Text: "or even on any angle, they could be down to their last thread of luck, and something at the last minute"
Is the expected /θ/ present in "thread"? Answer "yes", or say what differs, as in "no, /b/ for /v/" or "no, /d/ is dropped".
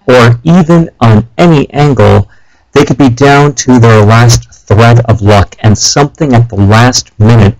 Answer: yes